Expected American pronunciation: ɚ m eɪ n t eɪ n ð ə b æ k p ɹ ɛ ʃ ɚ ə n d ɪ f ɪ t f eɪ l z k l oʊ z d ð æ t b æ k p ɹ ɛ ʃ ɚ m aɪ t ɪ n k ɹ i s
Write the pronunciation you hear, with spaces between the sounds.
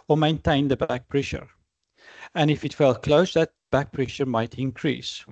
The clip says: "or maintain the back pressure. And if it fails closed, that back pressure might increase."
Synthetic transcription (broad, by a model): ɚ m eɪ n t eɪ n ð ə b æ k p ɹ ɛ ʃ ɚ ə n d ɪ f ɪ t f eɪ l k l oʊ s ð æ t b æ k p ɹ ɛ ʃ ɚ m aɪ t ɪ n k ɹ i s